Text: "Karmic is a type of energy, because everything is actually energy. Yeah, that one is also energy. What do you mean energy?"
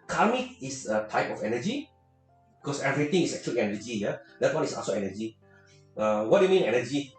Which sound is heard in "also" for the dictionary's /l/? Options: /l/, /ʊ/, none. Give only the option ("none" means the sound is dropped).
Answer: none